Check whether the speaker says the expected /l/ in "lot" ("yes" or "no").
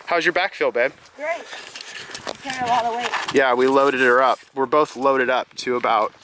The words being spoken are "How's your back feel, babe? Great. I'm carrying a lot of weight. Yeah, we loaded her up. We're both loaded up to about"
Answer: no